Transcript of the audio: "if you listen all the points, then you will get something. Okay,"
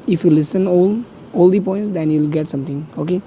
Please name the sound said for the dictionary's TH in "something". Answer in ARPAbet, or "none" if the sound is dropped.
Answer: T